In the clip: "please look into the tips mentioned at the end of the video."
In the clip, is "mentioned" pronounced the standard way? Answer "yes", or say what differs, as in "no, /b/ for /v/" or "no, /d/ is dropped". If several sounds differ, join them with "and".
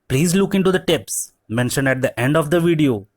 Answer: no, /d/ is dropped